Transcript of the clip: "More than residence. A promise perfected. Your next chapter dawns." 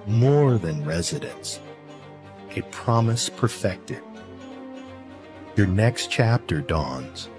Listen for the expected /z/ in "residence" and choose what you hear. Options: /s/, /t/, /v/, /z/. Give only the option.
/z/